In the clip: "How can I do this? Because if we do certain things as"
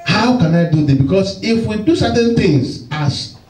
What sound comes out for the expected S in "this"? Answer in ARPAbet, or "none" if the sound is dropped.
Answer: none